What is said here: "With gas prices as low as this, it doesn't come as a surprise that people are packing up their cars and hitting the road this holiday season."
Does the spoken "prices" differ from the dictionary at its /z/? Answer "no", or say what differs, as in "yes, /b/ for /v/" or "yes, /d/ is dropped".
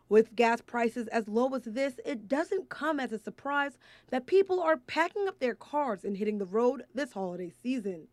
no